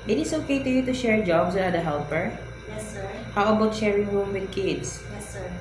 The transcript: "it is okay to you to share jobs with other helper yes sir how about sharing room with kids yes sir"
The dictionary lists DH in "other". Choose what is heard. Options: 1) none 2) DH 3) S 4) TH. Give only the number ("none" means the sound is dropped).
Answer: 1